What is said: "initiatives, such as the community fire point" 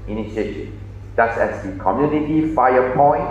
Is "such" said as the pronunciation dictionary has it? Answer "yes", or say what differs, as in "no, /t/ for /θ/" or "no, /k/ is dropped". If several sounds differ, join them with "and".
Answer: no, /s/ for /tʃ/